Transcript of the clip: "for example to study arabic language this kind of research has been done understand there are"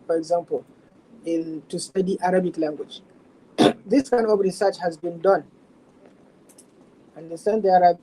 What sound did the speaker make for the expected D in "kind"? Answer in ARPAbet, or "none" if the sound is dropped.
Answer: none